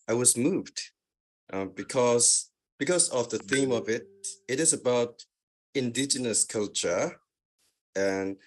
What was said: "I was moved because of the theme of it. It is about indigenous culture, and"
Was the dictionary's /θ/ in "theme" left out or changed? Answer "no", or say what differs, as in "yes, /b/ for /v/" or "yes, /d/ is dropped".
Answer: no